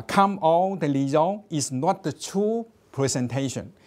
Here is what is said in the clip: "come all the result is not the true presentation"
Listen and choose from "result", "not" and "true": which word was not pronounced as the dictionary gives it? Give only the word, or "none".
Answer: result